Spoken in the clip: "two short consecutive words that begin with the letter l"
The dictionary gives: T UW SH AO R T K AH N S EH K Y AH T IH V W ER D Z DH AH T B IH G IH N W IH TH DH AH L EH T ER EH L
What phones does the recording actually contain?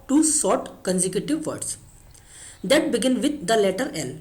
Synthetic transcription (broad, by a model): T UW S AO R T K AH N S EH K Y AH T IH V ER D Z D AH T B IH G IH N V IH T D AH L EH T ER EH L